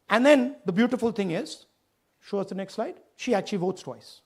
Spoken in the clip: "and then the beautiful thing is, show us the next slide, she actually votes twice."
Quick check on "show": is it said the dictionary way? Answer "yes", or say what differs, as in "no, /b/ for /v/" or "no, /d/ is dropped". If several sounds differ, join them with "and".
yes